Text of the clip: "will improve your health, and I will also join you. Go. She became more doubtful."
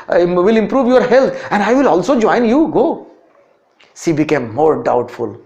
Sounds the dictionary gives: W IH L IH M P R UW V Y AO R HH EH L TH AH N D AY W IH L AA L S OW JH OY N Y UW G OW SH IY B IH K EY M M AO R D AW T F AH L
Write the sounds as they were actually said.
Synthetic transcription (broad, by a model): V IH L IH M P R UW V Y AO R HH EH L T AH N D AY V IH L AA L S OW JH OY N Y UW G OW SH IY B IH K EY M M AO R D AW T F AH L